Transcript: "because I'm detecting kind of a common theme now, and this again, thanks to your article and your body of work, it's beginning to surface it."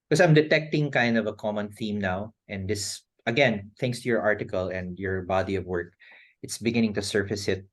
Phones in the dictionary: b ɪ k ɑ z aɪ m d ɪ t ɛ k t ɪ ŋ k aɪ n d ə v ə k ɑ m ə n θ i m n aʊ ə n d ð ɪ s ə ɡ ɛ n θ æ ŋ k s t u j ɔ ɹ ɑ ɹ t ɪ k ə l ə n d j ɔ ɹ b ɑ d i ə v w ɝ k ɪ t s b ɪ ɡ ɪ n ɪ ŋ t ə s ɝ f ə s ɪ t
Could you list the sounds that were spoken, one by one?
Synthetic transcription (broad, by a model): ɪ k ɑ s aɪ m d ɪ t ɛ k t ɪ ŋ k aɪ n d ə v ə k ɑ m ə n θ i m n aʊ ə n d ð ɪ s ə ɡ ɛ n θ æ ŋ k s t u j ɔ ɹ ɑ ɹ t ɪ k ə l ə n d j ɔ ɹ b ɑ d i ə v w ɝ k ɪ t s b ɪ ɡ ɪ n ɪ ŋ t ə s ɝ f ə s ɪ t